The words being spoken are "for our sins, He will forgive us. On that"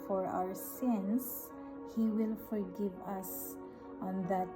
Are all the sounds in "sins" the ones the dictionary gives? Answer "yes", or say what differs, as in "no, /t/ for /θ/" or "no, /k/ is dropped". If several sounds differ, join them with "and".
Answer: no, /s/ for /z/